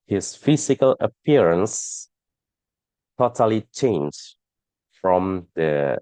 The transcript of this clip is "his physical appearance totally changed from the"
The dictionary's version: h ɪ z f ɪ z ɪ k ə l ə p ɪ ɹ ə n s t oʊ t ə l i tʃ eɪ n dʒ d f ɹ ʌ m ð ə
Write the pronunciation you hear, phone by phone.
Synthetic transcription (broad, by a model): h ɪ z f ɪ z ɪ k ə l ə p ɪ ɹ ə n s t oʊ t ə l i tʃ eɪ n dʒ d f ɹ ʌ m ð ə